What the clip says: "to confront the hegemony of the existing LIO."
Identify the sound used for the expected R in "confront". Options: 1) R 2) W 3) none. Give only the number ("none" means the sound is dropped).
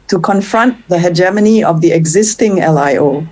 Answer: 1